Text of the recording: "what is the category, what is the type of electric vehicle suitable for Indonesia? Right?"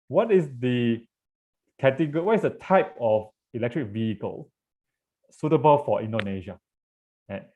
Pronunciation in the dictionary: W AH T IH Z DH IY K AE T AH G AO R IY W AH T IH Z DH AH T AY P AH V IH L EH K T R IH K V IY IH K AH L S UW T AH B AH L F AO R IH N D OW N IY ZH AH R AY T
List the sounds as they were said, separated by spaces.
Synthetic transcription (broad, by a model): W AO T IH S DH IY K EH T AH G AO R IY W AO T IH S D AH T AY P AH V IH L EH K T R IH K V IY IH K AH L S UW T AH B AH L F AO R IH N D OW N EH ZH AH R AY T